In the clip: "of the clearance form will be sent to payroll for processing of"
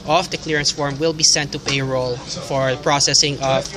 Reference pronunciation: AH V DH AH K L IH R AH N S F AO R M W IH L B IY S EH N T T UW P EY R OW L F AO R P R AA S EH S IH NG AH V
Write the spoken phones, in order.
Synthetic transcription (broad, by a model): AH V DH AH K L IH R AH N S F AO R M W IH L B IY S EH N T T UW P EY R OW L F AO R P R AA S EH S IH NG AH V